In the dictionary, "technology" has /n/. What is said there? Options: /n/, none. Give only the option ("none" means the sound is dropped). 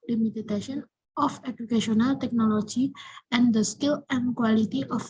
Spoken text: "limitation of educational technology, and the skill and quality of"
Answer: /n/